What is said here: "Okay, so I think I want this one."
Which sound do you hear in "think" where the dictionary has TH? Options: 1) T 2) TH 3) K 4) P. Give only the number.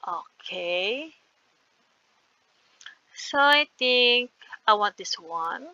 1